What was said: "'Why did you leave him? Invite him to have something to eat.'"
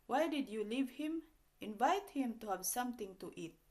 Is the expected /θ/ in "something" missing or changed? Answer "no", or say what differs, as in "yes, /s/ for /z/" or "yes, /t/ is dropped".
yes, /t/ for /θ/